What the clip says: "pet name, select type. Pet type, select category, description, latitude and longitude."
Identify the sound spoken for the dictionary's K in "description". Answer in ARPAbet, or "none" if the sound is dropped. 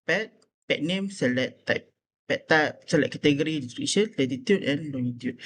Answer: none